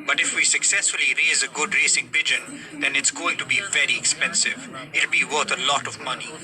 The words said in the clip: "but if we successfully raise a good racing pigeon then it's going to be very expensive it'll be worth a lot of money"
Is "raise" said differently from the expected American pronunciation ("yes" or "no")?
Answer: no